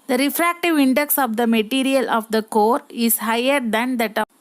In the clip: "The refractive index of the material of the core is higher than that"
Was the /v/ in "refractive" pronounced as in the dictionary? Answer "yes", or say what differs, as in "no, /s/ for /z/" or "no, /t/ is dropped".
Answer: yes